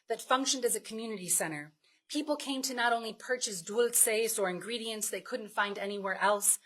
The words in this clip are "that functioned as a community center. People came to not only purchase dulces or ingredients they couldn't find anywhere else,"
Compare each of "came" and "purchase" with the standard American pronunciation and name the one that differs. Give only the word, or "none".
none